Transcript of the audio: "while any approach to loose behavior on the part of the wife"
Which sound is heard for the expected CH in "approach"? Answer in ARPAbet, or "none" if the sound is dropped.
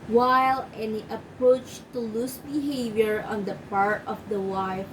CH